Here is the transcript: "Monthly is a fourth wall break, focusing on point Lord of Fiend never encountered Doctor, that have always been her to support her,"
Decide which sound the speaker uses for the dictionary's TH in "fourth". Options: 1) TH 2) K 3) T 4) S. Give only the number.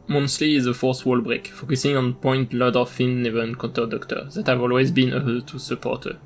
4